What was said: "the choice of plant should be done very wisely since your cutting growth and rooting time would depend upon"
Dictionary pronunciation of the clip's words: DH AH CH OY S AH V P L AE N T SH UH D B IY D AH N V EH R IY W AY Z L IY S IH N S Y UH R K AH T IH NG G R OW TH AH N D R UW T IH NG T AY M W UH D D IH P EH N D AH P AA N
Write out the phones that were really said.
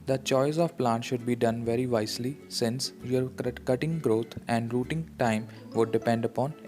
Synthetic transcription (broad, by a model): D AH CH OY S AH V P L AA N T SH UH D B IY D AH N V EH R IY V AY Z L IY S IH N S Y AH R K AH T IH NG G R OW T AH N D R UW T IH NG T AY M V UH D D IH P EH N D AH P AA N